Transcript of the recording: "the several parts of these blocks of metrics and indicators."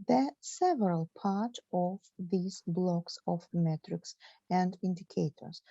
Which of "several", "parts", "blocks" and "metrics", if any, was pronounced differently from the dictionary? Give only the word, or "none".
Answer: parts